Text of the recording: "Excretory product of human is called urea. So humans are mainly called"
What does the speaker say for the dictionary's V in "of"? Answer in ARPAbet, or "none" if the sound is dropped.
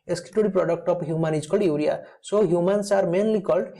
P